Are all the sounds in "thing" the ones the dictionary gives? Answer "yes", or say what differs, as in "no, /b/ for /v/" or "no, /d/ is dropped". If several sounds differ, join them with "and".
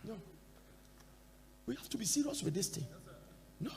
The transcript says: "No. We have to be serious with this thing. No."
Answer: no, /t/ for /θ/